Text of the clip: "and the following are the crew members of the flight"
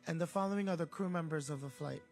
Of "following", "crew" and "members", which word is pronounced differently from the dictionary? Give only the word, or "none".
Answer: none